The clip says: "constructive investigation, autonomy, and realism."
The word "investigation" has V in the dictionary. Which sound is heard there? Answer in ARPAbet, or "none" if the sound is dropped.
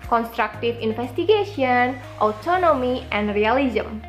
F